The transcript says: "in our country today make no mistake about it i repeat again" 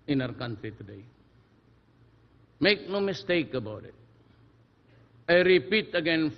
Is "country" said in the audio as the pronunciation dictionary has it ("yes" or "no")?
no